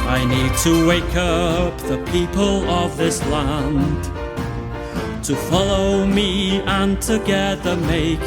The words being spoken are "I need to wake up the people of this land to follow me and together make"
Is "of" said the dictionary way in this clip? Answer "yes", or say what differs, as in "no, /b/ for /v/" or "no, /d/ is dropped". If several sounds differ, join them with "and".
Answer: yes